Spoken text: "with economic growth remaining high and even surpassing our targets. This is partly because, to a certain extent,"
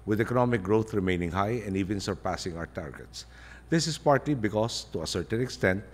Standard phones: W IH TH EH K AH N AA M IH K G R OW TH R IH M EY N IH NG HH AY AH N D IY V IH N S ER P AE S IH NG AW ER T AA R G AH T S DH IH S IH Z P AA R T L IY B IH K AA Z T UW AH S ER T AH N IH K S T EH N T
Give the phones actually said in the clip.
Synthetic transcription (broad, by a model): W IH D EH K AH N AA M IH K G R OW T R IH M EY N IH NG HH AY AH N D IY V IH N S ER P AE S IH NG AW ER T AA R G AH T S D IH S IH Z P AA R T L IY B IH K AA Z T UW AH S ER T AH N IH K S T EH N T